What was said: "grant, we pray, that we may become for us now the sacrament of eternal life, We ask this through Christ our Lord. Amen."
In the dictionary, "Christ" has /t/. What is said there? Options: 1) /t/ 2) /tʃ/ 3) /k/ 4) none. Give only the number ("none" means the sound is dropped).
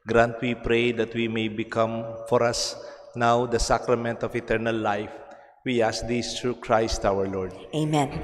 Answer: 1